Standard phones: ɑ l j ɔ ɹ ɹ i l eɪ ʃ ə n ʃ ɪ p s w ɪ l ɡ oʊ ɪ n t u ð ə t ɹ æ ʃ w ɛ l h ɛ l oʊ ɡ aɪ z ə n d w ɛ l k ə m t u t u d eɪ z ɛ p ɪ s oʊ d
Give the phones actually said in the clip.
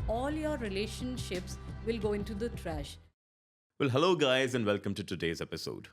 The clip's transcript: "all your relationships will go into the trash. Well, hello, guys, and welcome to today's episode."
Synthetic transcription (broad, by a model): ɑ l j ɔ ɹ ɹ i l eɪ ʃ ə n ʃ ɪ p s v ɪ l ɡ oʊ ɪ n t u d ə t ɹ æ ʃ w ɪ l h ɛ l oʊ ɡ aɪ z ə n d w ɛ l k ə m t u t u d eɪ z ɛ p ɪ s oʊ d